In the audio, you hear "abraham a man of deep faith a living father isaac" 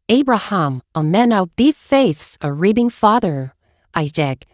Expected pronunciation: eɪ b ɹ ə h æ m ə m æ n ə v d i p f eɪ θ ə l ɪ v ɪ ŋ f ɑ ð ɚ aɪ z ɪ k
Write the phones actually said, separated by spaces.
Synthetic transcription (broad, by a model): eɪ b ɹ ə h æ m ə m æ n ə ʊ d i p f eɪ s ə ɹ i b ɪ ŋ f ɑ ð ɚ aɪ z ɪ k